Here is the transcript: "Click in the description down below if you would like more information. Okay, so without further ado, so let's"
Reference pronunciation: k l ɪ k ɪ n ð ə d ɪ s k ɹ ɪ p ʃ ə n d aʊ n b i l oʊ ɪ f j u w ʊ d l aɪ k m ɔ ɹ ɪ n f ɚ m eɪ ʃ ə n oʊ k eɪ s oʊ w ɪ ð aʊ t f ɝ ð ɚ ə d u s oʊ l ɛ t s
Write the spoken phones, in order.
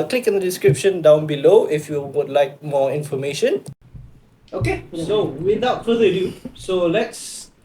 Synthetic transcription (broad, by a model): k l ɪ k ɪ n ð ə d ɪ s k ɹ ɪ p ʃ ə n d aʊ n b i l oʊ ɪ f j u w ʊ d l aɪ k m ɔ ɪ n f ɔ m eɪ ʃ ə n oʊ k eɪ s oʊ w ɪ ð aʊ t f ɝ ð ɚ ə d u s oʊ l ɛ t s